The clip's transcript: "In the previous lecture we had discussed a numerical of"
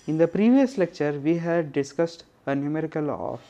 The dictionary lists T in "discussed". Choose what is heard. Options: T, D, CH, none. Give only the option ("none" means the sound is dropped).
T